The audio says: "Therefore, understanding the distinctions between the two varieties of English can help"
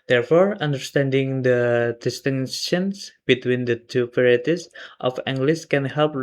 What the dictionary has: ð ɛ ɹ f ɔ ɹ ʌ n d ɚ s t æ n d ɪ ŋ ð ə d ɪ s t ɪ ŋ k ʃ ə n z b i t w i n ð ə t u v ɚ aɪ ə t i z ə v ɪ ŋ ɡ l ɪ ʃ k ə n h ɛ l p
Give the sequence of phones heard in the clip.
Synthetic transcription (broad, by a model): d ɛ ɹ f ɔ ɹ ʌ n d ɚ s t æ n d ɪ ŋ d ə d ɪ s t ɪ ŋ ʃ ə n s b i t w i n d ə t u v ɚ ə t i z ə f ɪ ŋ ɡ l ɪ s k ə n h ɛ l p